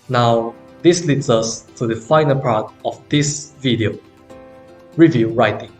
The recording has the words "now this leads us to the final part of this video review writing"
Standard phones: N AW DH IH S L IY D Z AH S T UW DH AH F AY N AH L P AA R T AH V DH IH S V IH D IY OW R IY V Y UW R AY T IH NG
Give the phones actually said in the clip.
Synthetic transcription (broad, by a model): N AW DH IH S L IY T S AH S T UW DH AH F AY N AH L P AA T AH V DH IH S V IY D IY OW R IY V Y UW R AY T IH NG